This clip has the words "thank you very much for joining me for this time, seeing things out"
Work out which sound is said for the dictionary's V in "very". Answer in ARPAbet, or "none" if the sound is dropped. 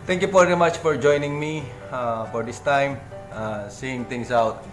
F